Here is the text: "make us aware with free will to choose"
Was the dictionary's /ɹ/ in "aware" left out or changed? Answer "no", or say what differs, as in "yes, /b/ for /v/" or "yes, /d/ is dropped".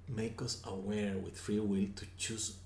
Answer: no